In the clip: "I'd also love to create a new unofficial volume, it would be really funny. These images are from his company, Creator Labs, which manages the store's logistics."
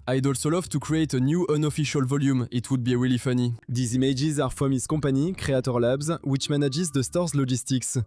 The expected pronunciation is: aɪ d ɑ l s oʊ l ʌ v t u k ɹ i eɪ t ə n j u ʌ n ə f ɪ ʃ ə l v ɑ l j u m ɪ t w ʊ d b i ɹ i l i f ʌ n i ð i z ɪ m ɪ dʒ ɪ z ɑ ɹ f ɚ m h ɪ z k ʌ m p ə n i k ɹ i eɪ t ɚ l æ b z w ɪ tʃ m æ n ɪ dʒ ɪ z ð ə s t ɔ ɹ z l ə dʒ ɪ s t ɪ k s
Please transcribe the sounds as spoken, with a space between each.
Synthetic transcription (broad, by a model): aɪ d ɑ l s oʊ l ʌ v t u k ɹ i eɪ t ə n j u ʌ n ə f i ʃ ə l v ɑ l j u m ɪ t w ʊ d b i w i l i f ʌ n i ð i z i m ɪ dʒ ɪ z ɑ ɹ f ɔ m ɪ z k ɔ p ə n i k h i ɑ t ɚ l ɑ b z w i tʃ m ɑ n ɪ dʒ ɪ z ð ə s t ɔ ɹ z l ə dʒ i s t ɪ k s